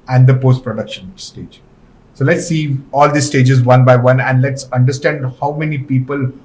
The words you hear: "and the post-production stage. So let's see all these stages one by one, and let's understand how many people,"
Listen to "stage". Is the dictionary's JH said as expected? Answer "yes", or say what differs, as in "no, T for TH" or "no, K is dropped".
yes